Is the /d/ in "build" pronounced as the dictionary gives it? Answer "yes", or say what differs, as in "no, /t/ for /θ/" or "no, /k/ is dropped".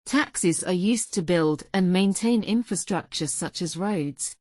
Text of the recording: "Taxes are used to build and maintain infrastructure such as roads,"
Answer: yes